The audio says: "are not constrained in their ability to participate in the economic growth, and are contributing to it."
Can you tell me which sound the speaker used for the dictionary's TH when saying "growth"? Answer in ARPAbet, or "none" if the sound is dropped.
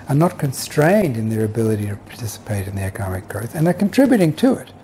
TH